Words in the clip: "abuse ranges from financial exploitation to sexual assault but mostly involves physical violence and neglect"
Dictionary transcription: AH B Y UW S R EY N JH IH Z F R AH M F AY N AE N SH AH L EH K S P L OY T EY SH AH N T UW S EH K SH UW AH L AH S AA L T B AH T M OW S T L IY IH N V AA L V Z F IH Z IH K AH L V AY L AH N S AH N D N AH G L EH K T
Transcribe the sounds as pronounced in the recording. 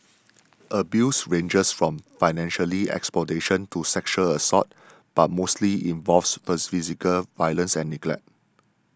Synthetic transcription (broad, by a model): AH B Y UW S R EY N JH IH S F R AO M F AY N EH N SH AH L EH K S P L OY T EY SH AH N T UW S EH K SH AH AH S AA T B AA T M OW S T L IY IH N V AA L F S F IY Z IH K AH L V AY L AH N S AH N N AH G L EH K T